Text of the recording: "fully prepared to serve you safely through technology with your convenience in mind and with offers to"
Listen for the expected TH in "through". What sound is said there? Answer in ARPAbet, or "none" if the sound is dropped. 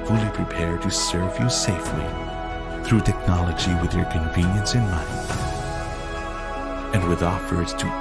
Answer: TH